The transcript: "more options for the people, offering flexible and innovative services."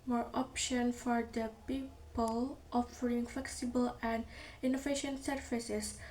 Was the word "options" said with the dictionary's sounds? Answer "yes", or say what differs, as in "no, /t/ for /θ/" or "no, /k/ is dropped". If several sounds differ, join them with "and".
no, /z/ is dropped